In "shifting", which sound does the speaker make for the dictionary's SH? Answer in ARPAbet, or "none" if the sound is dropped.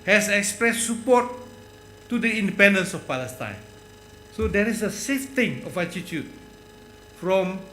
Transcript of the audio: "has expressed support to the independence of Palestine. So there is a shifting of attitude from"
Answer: S